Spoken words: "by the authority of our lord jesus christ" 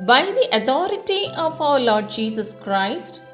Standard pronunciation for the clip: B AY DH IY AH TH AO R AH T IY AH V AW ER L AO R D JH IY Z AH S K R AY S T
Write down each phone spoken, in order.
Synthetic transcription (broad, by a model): B AY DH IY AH T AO R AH T IY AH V AW ER L AO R D JH IY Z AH S K R AY S T